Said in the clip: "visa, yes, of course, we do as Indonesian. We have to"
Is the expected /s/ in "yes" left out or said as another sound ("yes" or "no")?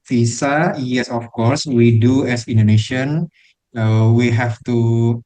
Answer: no